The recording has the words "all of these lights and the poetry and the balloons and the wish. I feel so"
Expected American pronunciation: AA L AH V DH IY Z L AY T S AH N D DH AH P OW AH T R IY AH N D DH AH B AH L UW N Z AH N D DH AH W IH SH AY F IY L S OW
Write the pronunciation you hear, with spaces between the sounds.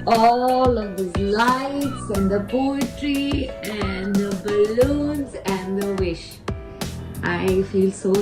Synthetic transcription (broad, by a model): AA L AH V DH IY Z L AY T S AH N D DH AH P OW AH T R IY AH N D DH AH B AH L UW N Z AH N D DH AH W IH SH AY F IY L S OW